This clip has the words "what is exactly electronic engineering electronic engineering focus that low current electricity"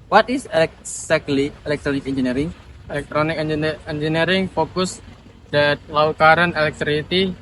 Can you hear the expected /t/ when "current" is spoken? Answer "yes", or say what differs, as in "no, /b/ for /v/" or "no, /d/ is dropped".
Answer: no, /t/ is dropped